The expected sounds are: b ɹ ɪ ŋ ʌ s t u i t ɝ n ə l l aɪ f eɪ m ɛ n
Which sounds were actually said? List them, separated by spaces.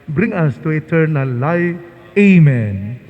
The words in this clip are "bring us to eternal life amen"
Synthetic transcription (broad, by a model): b ɹ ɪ ŋ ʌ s t u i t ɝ n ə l l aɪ eɪ m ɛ n